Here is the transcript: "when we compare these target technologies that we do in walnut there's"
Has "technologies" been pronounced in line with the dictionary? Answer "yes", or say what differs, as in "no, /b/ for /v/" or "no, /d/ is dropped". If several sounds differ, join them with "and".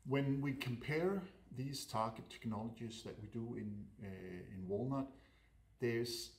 yes